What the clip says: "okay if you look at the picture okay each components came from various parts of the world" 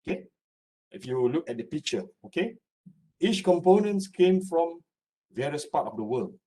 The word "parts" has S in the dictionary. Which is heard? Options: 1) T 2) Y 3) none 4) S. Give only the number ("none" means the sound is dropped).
3